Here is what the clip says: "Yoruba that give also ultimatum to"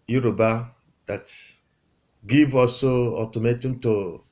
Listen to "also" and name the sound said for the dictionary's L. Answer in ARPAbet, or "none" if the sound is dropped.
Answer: none